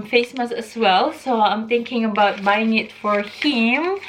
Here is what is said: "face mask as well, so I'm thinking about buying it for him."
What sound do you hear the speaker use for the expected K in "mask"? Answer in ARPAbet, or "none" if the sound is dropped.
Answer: none